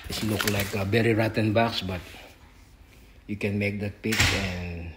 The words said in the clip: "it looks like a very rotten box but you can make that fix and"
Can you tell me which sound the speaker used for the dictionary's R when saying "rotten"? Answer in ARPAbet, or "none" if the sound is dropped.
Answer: R